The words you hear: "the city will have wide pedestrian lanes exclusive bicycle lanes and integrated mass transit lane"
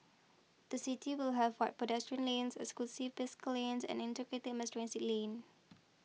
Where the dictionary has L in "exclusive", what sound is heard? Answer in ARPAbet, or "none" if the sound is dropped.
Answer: none